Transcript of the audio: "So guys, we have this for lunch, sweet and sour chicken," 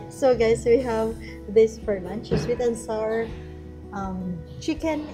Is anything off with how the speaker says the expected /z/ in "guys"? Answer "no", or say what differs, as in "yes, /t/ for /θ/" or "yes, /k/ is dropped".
yes, /s/ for /z/